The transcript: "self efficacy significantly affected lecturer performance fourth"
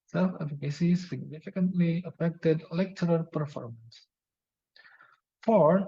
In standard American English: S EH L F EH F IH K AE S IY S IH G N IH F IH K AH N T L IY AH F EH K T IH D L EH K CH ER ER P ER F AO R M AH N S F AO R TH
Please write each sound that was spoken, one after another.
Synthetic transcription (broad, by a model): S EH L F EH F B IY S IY S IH G N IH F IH K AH N T L IY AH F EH K T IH D L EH K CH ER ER P ER F AO R M AH N S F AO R